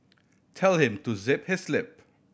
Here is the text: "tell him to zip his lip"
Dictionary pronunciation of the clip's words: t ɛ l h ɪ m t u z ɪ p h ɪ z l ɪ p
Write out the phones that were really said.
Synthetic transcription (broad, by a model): t ɛ l h ɪ m t u z ɪ p h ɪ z l ɪ p